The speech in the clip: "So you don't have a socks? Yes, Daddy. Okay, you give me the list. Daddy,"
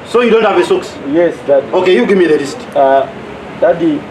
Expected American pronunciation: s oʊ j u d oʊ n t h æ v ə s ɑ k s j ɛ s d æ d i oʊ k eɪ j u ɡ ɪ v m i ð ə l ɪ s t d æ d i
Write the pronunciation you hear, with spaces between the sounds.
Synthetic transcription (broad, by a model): s oʊ j u d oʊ n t h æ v ə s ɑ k s j ɛ s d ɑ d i oʊ k eɪ j u ɡ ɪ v m i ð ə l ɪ s t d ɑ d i